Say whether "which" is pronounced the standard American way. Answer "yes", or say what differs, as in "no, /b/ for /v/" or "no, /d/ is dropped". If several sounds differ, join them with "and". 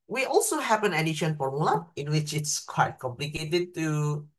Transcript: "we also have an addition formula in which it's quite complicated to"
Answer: yes